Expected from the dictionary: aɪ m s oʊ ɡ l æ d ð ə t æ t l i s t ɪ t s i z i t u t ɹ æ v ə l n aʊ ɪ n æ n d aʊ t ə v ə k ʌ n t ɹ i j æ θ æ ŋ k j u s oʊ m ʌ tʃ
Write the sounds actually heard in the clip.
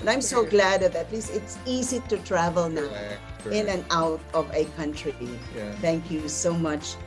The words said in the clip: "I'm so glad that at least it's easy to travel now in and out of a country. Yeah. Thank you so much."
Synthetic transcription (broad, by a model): aɪ m s oʊ ɡ l æ d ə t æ t l i s t ɪ t s i z i t u t ɹ æ v ə l n aʊ ɪ n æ n aʊ t ə v ə k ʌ n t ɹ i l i t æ ŋ k j u s oʊ m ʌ tʃ